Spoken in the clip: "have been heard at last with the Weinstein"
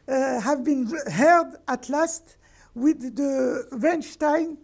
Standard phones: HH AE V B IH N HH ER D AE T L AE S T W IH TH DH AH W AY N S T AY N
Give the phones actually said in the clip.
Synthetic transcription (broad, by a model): HH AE V B IH N HH ER D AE T L AE S T W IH DH AH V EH N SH T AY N